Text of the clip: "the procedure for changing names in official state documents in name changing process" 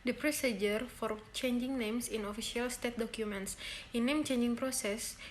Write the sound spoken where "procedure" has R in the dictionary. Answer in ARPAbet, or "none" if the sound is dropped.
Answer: R